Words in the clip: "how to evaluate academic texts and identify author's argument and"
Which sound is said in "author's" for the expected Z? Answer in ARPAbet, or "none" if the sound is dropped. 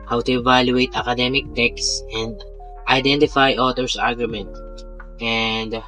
S